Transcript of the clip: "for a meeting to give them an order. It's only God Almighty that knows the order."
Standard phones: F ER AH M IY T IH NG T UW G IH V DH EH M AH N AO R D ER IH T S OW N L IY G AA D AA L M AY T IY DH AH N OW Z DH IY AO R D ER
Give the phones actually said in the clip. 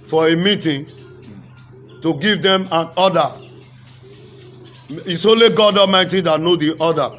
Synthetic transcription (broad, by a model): F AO AH M IY T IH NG T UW G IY V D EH M AH N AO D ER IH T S OW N L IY G AA D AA M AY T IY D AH N OW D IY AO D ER